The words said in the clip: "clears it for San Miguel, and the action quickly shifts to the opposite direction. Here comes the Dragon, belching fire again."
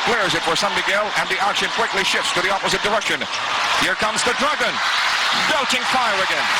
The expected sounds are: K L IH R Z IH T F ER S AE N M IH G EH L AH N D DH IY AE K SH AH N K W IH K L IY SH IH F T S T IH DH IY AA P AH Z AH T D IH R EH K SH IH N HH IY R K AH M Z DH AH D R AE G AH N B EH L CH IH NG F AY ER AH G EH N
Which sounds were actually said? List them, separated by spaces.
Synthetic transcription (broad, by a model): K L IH R Z IH T F ER S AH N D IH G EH L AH N DH IY AE K SH AH N K W IH K L IY SH IH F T S T IH DH IY AA P AH Z AH T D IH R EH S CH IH N HH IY R K AH M Z DH AH D R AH G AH N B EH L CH IH NG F AY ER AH G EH N